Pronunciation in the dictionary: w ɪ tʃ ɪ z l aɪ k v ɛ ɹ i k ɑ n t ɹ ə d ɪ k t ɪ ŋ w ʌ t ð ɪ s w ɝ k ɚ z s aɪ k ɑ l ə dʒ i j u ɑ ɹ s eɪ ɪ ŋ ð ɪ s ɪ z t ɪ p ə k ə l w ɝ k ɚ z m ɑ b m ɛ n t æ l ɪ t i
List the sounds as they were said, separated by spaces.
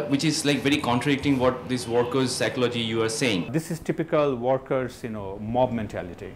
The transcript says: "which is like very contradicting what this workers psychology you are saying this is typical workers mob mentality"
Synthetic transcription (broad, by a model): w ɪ tʃ ɪ z l aɪ k v ɛ ɹ i k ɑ n t ɹ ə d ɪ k t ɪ ŋ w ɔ t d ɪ s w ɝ k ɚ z s aɪ k ɑ l ə dʒ i j u ɑ ɹ s eɪ ɪ ŋ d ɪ s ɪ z t ɪ p ə k ə l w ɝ k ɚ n m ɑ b m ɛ n t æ l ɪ t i